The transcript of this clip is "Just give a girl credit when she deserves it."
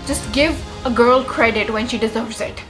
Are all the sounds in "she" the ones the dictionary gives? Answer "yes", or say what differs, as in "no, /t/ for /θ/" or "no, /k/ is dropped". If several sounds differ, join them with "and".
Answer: yes